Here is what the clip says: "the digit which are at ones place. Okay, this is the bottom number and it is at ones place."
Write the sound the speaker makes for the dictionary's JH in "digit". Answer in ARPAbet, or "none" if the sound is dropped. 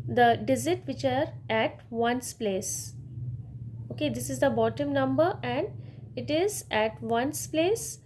Z